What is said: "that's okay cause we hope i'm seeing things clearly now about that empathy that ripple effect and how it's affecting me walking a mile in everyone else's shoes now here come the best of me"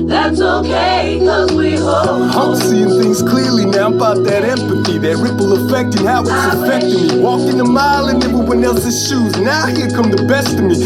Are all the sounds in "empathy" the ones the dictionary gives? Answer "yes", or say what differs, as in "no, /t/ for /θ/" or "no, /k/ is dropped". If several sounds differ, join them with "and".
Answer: yes